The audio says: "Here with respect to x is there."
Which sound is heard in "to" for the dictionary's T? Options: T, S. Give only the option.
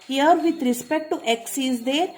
T